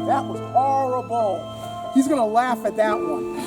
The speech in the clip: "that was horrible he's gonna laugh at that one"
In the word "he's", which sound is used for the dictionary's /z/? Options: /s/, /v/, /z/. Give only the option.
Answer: /z/